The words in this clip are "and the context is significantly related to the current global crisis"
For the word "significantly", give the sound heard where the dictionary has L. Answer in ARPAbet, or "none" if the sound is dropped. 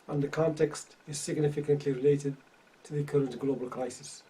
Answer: L